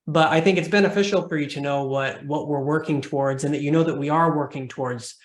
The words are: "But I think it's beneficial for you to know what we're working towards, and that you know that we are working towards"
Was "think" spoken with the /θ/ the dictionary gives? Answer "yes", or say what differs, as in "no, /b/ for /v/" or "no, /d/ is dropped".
yes